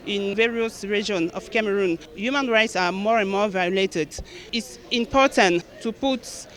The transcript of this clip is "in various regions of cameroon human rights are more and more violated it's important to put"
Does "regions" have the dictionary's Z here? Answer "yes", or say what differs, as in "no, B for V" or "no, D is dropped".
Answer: no, Z is dropped